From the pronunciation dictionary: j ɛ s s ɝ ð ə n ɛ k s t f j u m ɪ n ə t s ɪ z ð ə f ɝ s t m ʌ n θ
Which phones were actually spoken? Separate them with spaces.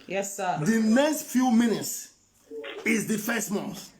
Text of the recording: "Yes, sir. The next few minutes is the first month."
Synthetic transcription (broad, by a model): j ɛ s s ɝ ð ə n ɛ k s t f j u m ɪ n ə t s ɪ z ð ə f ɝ s t m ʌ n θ